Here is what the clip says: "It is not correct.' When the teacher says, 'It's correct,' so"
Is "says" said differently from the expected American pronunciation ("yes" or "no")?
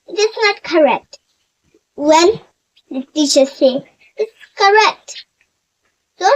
yes